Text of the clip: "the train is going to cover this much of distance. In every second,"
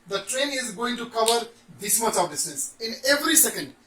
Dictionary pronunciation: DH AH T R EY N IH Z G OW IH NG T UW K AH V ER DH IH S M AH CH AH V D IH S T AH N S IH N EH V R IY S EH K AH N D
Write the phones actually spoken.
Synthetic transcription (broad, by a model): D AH T R EY N IH Z G OW IH NG T UW K AH V ER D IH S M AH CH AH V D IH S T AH S IH N EH V R IY S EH K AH N D